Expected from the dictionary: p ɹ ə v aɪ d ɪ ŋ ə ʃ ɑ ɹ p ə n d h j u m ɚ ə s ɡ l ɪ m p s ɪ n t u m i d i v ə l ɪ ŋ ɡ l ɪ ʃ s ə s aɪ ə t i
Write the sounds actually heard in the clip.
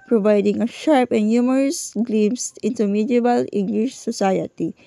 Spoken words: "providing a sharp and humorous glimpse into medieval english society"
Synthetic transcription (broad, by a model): p ɹ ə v aɪ d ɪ ŋ ə ʃ ɑ ɹ p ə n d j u m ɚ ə s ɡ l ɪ m s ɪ n t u m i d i b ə l ɪ ŋ ɡ l ɪ ʃ s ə s aɪ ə t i